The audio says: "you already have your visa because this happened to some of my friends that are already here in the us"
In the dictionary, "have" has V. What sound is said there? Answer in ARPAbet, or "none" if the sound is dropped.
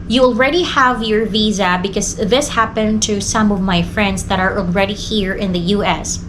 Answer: V